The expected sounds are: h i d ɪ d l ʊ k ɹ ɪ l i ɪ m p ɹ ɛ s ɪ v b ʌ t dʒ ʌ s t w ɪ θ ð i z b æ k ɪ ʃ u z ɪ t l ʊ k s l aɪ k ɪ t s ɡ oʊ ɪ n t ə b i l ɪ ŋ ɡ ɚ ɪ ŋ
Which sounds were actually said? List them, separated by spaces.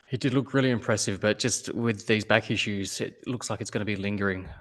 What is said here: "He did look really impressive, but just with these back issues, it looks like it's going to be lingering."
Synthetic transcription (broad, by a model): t d ɪ d l ʊ k ɹ ɪ l i ɪ m p ɹ ɛ s ɪ v b ʌ t dʒ ʌ s t w ɪ ð i z b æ k ɪ ʃ u z ɪ t l ʊ k s l aɪ k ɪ t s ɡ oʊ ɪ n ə b i l ɪ ŋ ɡ ɚ ɪ ŋ